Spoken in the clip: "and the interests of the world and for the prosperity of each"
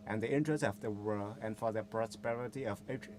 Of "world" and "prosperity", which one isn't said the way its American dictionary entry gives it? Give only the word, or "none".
world